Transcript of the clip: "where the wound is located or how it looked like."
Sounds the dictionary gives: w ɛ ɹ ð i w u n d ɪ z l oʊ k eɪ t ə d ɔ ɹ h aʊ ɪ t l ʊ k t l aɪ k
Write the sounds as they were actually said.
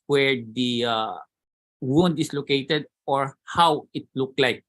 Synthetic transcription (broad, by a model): w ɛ ɹ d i w u n d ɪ s l oʊ k eɪ t ə d ɔ ɹ h aʊ ɪ t l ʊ k l aɪ k